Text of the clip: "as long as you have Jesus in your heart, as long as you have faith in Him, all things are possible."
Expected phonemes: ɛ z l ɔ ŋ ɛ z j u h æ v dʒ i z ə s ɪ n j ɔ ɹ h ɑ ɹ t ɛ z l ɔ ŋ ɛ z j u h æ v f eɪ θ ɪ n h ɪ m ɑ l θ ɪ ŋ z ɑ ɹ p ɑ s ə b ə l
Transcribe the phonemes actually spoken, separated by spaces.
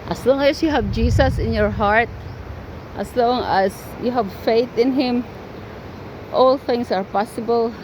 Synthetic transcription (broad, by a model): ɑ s l ɔ ŋ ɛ s j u h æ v dʒ i s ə s ɪ n j ɔ ɹ h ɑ ɹ t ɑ s l ɔ ŋ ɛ s j u h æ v f eɪ θ ɪ n h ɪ m ɑ l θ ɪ ŋ s ɑ ɹ p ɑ s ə b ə l